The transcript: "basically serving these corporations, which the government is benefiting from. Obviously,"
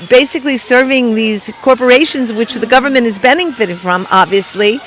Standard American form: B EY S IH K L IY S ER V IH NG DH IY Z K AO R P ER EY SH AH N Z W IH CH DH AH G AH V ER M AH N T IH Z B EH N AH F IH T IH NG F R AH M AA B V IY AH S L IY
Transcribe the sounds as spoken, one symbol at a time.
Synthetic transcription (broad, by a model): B EY S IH K L IY S ER V IH NG DH IY Z K AO R P ER EY SH AH N Z W IH CH DH AH G AH V ER M AH N T IH Z B EH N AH F IH T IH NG F R AH M AA B V IY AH S L IY